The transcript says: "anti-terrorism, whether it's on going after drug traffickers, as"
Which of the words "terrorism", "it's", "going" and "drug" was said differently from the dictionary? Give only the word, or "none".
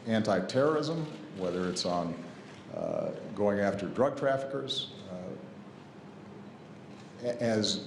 none